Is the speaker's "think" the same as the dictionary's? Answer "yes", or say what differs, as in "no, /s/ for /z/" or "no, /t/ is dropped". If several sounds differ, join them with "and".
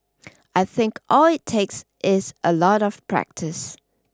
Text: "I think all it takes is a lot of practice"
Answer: yes